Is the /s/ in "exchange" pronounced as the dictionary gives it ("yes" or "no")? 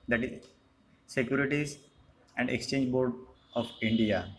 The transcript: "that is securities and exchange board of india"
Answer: yes